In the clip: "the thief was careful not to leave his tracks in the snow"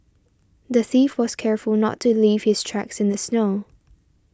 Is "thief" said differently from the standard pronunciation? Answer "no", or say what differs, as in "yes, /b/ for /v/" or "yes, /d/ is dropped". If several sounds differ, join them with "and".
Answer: no